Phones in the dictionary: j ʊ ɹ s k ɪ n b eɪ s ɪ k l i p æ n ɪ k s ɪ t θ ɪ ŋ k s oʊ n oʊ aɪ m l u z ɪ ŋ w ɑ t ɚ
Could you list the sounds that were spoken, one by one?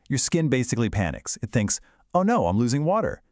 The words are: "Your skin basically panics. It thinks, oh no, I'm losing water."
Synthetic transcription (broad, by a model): j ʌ ɹ s k ɪ n b eɪ s ɪ k l i p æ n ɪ k s ɪ t θ ɪ ŋ k s oʊ n oʊ aɪ m l u z ɪ ŋ w ɑ t ɚ